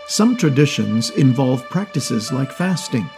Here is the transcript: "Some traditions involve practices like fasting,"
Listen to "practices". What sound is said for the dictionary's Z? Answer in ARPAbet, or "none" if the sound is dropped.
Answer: Z